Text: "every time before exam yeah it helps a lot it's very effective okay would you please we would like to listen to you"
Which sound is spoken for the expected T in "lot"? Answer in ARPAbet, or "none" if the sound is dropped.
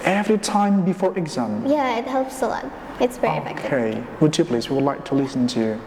none